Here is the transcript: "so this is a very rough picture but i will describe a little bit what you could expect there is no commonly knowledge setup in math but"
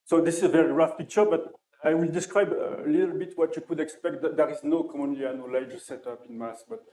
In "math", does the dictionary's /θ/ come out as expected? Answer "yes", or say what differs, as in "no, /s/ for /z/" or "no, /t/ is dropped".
no, /s/ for /θ/